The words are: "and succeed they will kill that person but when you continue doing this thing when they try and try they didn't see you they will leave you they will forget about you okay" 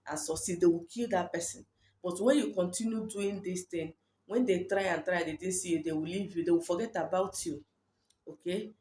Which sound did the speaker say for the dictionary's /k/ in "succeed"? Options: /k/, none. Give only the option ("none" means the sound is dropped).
none